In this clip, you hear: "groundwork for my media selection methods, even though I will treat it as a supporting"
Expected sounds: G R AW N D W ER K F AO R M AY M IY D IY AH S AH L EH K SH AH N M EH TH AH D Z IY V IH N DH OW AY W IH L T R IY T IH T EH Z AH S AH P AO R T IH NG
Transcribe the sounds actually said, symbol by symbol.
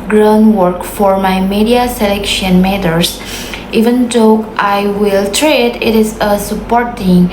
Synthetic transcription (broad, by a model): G R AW N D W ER K F AO R M AY M IY D IY AH S AH L EH K SH AH N M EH T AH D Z IY V IH N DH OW AY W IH L T R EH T IH T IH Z AH S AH P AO R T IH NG